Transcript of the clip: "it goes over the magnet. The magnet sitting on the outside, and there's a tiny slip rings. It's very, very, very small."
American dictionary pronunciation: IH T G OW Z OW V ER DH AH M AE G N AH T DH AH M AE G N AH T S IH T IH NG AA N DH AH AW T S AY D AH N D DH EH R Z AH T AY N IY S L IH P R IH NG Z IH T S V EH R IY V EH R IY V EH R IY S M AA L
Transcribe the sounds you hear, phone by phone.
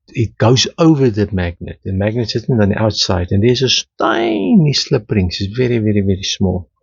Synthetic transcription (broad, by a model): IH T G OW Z OW V ER DH AH M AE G N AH T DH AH M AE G N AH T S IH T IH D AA N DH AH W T S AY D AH N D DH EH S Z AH T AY N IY S L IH P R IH NG S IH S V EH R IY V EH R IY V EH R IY S M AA L